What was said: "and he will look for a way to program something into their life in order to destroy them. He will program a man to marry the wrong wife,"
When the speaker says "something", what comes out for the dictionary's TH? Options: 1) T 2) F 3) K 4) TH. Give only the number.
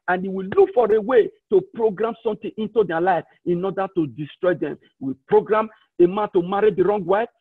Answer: 1